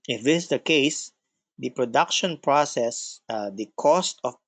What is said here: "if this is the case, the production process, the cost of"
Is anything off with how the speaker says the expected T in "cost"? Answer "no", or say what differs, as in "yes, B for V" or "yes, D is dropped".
no